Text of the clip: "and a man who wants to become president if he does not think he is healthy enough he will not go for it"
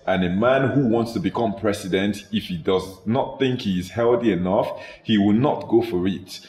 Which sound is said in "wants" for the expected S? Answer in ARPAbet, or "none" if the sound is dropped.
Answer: S